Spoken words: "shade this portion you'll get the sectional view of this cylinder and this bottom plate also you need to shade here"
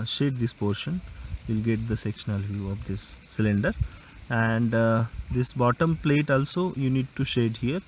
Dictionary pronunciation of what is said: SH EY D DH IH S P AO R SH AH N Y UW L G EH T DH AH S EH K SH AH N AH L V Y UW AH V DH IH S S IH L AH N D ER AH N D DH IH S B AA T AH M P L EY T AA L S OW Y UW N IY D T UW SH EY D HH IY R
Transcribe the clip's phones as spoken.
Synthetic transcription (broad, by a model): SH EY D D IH S P AO R SH AH N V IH L G EH T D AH S EH K SH AH N AH L V Y UW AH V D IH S S IH L AH N D ER AH N D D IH S B AA T AH M P L EY T AA L S OW Y UW N IY D T UW SH EY D HH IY R